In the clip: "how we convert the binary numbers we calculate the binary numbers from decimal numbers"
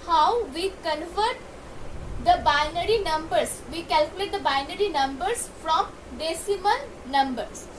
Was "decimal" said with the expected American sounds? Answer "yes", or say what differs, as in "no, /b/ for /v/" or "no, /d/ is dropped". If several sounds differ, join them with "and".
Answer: no, /n/ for /l/